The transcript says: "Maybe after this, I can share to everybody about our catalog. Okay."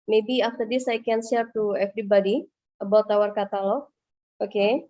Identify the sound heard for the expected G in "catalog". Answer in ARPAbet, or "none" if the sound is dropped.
none